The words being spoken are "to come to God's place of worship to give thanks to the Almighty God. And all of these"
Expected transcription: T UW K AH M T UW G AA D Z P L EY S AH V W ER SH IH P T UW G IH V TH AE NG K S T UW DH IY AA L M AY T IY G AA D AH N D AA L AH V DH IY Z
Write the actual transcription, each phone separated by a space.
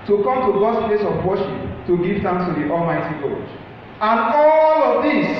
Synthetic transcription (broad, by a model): T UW K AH M T UW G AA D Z P L EY S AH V W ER SH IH P T UW G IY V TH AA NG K S T UW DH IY AA L M AY T IY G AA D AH N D AA L AH V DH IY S